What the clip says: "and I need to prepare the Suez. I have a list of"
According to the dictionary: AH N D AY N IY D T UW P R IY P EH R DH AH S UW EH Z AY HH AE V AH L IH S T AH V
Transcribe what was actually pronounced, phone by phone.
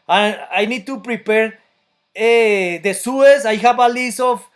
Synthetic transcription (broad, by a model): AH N AY N IY D T UW P R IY P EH R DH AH S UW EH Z AY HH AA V AH L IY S AH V